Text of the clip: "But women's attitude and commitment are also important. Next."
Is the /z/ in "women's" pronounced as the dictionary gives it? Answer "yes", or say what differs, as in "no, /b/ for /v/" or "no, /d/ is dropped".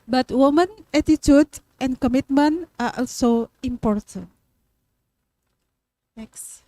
no, /z/ is dropped